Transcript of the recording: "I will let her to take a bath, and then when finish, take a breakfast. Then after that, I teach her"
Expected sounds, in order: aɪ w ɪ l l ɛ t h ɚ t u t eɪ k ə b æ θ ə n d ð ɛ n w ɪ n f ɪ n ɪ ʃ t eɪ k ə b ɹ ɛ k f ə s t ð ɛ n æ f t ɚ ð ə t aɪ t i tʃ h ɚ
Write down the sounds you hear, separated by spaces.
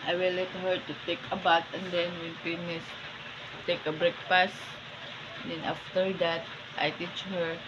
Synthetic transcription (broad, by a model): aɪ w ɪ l l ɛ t h ɚ t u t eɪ k ə b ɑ t ə n d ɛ n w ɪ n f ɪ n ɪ s t eɪ k ə b ɹ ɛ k p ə s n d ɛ n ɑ f t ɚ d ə t aɪ t i tʃ h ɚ